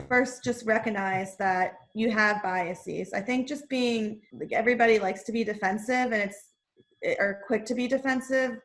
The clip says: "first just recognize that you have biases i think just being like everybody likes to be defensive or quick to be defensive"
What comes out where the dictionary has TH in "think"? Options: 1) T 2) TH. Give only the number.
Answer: 2